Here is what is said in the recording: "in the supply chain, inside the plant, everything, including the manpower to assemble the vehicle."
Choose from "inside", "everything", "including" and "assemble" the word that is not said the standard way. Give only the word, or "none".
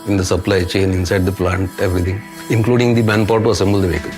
everything